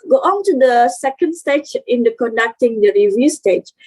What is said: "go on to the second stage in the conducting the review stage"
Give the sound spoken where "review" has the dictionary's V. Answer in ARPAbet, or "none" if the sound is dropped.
V